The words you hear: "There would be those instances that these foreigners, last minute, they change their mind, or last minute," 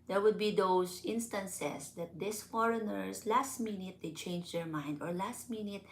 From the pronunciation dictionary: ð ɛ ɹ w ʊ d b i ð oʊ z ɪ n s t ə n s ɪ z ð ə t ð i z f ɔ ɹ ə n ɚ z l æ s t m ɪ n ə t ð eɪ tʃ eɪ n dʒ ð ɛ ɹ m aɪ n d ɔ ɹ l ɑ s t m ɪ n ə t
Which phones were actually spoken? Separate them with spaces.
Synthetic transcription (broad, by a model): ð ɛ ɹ w ʊ d b i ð oʊ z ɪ n s t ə n s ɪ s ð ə t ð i s f ɔ ɹ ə n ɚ s l æ s t m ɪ n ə t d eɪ tʃ eɪ n dʒ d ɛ ɹ m aɪ n d ɔ ɹ l ɑ s t m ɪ n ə t